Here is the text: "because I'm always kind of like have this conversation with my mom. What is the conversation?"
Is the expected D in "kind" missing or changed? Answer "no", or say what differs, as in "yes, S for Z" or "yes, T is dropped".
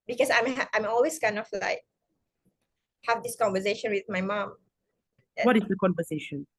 yes, D is dropped